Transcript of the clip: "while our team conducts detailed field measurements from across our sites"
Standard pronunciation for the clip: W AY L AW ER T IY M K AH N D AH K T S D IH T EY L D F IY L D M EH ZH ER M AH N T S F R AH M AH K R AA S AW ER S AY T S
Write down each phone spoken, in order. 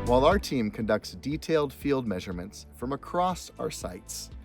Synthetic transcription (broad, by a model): W AY L AW ER T IY M K AH N D AH K T S D IH T EY L D F IY L D M EH ZH ER M AH N T S F R AH M AH K R AA S AW ER S AY T S